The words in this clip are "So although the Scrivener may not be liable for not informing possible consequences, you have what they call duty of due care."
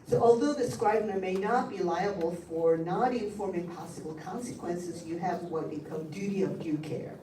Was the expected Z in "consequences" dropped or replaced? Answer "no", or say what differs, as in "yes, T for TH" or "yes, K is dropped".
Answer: no